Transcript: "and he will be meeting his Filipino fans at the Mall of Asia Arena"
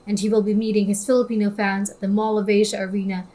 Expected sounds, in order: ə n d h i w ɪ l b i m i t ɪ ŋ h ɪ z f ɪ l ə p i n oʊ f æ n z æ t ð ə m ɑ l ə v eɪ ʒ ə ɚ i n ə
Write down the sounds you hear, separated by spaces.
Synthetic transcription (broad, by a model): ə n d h i w ɪ l b i m i t ɪ ŋ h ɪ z f ɪ l ə p i n oʊ f æ n z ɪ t ð ə m ɑ l ə v eɪ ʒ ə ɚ i n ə